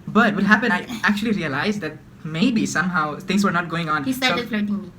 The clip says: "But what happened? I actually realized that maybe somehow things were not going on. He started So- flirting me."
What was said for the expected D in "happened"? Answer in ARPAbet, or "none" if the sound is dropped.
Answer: none